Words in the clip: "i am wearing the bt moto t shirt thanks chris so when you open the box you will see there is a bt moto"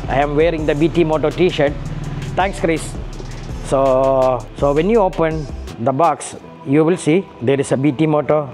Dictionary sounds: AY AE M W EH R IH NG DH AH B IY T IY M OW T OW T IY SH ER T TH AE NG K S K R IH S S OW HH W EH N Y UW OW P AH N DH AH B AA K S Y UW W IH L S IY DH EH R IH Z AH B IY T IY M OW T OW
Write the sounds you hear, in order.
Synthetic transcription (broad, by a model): AY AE M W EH R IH NG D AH B IY T IY M OW T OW T IY SH ER T T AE NG K S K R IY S S OW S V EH N Y UW OW P AH N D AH B AA K S Y UW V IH L S IY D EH R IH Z AH B IY T IY M OW T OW